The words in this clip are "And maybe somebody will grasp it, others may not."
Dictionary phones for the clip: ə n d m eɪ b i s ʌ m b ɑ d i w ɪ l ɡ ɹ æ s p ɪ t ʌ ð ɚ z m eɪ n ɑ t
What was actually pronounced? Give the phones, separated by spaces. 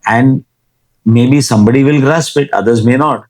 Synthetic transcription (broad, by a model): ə n d m eɪ b i s ʌ m b ɑ d i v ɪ l ɡ ɹ æ s p ɪ t ʌ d ɚ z m eɪ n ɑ t